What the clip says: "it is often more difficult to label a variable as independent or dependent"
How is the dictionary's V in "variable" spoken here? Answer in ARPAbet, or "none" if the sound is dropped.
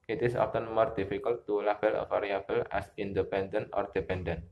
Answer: F